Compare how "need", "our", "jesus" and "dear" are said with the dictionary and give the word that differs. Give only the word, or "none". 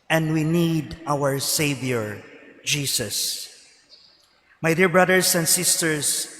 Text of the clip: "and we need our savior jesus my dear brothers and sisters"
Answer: jesus